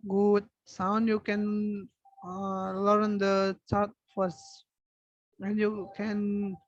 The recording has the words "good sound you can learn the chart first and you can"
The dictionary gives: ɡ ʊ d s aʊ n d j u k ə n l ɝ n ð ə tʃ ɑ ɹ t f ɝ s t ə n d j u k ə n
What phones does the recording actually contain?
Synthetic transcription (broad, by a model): ɡ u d s aʊ n d j u k ə n l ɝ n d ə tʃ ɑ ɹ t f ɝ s ə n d j u k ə n